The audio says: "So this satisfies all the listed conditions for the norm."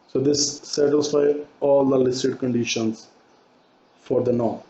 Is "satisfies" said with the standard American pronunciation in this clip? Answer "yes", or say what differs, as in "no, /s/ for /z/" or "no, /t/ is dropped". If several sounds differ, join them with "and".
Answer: no, /z/ is dropped